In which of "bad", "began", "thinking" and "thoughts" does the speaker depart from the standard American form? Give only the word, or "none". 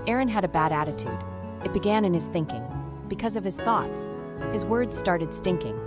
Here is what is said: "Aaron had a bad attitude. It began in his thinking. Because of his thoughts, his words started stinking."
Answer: none